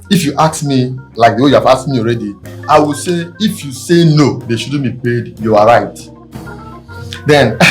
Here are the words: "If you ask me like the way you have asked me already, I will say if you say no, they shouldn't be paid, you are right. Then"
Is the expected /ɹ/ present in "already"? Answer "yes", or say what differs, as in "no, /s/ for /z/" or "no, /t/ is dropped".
yes